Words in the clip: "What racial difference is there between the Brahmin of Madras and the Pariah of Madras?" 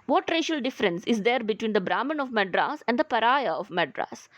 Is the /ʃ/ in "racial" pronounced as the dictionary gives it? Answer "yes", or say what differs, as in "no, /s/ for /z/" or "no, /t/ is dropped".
yes